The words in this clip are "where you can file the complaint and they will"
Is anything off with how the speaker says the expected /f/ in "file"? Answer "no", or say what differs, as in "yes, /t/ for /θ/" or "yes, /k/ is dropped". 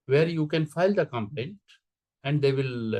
no